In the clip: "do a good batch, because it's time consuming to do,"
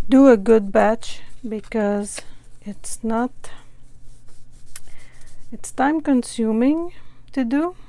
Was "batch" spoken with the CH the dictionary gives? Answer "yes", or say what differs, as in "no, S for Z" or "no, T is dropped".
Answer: yes